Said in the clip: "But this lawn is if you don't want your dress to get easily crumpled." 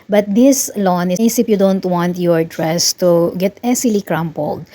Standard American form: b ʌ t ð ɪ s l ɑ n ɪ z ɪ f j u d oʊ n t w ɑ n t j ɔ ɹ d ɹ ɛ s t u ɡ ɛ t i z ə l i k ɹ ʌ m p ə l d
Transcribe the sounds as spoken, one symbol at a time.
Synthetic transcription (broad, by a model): b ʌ t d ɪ s l ɑ n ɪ s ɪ p j u d oʊ n t w ɑ n t j ɔ ɹ d ɹ ɛ s t u ɡ ɛ t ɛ s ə l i k ɹ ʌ m p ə l d